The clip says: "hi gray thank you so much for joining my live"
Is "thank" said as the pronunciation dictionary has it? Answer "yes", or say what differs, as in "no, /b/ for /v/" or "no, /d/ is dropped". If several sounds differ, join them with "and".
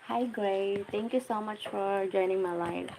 no, /t/ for /θ/